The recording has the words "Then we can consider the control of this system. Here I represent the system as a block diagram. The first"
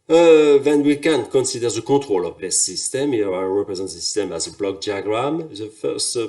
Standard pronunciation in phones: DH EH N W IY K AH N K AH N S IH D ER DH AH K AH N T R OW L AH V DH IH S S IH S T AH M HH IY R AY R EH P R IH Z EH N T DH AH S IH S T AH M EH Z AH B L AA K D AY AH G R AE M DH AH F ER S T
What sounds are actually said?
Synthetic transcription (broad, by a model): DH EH N W IY K AH N K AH N S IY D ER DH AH K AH T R OW L AH V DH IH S S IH S T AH M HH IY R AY R EH P R IH Z EH N T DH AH S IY S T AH M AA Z AH B L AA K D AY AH G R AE M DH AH F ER S T